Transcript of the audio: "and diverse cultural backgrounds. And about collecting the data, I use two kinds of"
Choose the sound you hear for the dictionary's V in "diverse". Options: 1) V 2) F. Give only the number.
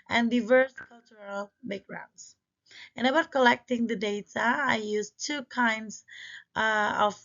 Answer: 1